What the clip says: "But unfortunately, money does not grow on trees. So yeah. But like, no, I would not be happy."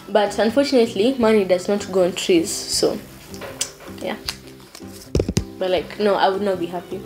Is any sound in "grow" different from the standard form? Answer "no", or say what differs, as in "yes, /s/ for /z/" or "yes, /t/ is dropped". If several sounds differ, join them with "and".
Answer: yes, /ɹ/ is dropped